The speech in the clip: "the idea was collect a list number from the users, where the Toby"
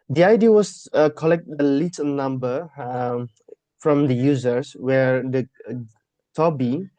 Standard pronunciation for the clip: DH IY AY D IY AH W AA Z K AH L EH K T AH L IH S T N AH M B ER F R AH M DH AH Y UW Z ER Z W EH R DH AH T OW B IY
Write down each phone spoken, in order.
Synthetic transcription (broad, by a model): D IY AY D IY AH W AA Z K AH L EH K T AH L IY T N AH M B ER F R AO M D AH Y UW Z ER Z W EH R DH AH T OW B IY